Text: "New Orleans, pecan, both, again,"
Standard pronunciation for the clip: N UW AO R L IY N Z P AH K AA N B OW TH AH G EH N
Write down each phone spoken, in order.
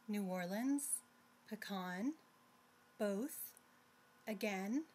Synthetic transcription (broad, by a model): N UW AO R L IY N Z P AH K AA N B OW TH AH G EH N